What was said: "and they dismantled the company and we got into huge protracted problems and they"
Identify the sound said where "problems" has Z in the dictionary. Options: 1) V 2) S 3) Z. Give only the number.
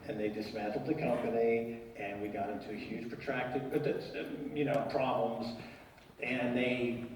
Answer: 3